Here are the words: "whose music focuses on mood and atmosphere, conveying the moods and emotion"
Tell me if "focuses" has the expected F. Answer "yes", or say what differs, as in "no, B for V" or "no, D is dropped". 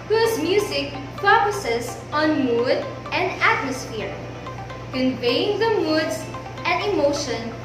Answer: no, P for F